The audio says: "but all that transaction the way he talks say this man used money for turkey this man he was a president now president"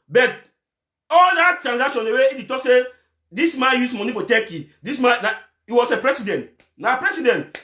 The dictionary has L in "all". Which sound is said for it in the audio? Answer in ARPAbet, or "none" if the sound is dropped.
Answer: L